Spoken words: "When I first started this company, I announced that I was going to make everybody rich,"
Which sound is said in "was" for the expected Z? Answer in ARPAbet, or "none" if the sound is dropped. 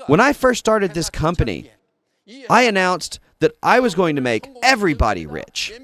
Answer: Z